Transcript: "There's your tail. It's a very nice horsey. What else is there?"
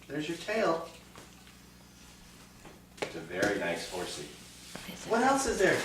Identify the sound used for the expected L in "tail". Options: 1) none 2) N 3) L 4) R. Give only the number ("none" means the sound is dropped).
3